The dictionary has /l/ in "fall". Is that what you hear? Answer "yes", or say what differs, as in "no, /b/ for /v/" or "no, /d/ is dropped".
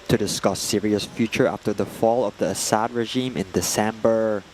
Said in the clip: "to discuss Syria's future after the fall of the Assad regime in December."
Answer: yes